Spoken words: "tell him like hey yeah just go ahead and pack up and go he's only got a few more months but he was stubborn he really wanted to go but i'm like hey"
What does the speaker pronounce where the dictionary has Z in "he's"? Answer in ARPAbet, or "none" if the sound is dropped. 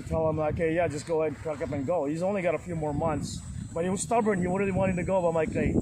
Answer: Z